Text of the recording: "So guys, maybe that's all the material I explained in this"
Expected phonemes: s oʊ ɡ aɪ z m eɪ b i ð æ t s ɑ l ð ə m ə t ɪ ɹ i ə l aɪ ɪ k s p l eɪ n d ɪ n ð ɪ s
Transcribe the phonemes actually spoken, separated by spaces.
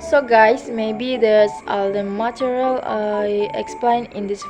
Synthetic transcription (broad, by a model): s oʊ ɡ aɪ s m eɪ b i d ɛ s ɑ l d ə m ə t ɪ ɹ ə l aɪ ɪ k s p l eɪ n ɪ n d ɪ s